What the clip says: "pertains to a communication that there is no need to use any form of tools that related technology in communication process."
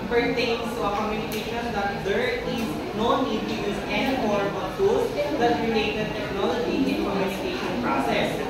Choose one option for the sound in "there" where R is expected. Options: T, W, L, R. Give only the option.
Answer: L